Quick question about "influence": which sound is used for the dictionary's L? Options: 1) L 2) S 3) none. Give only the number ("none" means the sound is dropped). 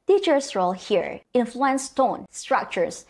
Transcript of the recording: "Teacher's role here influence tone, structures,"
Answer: 1